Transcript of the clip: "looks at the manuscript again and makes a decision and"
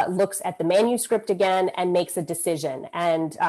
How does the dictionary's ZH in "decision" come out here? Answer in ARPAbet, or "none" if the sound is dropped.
ZH